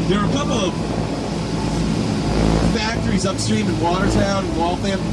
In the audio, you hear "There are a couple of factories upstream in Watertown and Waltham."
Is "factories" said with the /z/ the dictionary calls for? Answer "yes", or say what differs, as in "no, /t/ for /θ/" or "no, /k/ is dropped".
yes